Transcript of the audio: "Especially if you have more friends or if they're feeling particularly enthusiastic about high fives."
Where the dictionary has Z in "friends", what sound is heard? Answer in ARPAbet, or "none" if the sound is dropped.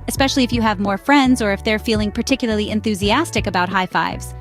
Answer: Z